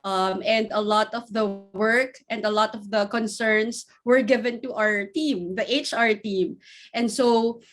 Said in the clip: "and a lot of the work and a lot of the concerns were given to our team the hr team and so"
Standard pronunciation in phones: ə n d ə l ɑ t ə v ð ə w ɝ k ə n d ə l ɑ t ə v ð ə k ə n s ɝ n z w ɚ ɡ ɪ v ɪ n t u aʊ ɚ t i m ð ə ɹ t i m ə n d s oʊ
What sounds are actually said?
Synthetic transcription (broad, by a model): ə n d ə l ɑ t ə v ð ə w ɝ k ə n d ə l ɑ t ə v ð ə k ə n s ɝ n s w ɚ ɡ ɪ v ɪ n t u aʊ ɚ t i m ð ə ɹ t i m ə n d s oʊ